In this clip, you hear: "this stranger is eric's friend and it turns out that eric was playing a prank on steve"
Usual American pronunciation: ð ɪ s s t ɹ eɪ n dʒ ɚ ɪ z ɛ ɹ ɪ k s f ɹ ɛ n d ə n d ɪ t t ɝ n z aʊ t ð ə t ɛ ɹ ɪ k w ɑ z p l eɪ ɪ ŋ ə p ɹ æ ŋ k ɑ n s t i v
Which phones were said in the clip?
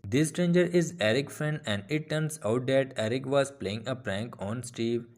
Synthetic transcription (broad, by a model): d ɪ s s t ɹ eɪ n dʒ ɚ ɪ z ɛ ɹ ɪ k f ɹ ɛ n d ə n d ɪ t t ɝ n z aʊ t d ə t ɛ ɹ ɪ k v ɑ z p l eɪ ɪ ŋ ə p ɹ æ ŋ k ɑ n s t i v